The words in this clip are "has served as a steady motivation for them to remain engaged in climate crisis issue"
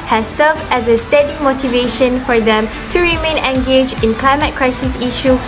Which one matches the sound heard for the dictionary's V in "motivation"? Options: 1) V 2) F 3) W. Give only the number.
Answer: 1